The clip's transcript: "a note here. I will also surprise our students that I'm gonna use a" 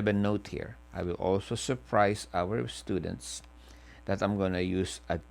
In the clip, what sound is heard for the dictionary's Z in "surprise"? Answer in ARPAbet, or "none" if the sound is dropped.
S